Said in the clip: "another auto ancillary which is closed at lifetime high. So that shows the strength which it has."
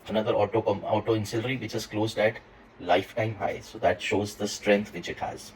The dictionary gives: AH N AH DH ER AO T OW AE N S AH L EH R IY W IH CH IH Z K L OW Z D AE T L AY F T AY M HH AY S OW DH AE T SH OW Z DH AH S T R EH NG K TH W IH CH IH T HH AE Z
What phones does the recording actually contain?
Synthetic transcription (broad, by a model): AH N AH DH ER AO T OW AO N S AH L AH R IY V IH CH IH Z K L OW Z D AE T L AY F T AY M HH AY S OW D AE T SH OW Z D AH S T R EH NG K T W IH CH IH T HH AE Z